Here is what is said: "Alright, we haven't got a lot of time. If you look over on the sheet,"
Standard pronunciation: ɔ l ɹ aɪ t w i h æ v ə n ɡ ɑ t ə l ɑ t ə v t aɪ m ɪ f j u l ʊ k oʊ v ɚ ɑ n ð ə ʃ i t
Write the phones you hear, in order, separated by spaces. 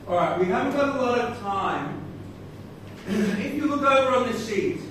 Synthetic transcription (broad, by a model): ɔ l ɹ aɪ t w i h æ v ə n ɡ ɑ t ə l ɑ t ə v t aɪ m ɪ p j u w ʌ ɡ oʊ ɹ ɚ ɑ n ð ə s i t